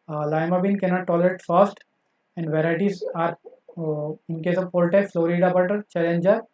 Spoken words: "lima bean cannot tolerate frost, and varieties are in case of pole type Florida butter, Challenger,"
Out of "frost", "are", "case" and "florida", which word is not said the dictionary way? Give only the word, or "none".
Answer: frost